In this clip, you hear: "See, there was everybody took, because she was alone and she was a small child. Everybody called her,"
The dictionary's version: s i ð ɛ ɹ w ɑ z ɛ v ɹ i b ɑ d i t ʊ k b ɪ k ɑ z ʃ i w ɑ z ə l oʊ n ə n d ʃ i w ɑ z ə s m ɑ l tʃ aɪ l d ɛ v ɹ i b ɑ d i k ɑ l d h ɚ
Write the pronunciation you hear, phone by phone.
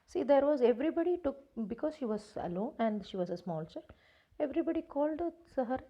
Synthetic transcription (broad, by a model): s i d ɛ ɹ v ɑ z ɛ v ɹ i b ɑ d i t ʊ k b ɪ k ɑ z ʃ i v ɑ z ə l oʊ n ə n d ʃ i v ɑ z ə s m ɑ l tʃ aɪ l ɛ v ɹ i b ɑ d i k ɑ l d h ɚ